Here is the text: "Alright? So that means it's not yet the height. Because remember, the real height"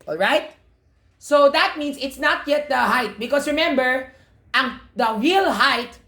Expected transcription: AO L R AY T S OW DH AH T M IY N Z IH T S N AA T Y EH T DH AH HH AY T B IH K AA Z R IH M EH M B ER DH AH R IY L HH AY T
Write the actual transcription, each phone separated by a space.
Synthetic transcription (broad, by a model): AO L R AY T S OW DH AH T M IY N S IH T S N AA T Y EH T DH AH HH AY T B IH K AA S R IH M EH M B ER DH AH R IY L HH AY T